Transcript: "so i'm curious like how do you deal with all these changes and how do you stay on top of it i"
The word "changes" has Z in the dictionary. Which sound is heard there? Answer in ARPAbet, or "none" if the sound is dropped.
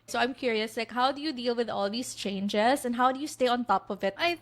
S